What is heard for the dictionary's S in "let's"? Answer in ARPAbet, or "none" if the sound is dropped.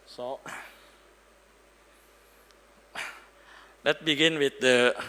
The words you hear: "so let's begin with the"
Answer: none